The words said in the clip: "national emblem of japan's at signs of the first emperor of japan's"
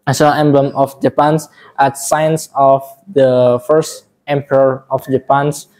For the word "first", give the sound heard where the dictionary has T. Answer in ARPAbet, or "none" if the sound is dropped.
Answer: T